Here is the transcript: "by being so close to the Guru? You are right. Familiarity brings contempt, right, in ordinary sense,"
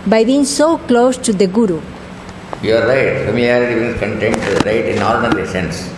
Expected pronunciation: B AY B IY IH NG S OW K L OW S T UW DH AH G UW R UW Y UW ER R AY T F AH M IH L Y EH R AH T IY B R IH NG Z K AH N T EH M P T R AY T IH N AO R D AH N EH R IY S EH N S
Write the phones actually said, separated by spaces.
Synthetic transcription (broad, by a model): B AY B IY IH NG S OW K L OW S T UW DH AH G UW R UW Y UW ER R AY T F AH M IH L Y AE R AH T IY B IH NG S K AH N T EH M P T R AY T IH N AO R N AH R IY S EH N S